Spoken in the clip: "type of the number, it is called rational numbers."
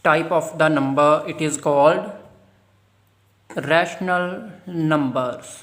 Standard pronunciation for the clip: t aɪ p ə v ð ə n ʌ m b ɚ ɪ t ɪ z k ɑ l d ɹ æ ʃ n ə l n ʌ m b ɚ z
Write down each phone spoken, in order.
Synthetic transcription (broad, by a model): t aɪ p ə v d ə n ʌ m b ɚ ɪ t ɪ z k ɑ l d ɹ æ ʃ n ə l n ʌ m b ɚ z